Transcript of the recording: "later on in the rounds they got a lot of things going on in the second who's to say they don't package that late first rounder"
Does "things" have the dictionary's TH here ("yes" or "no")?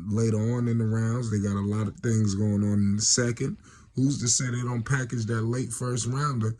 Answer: yes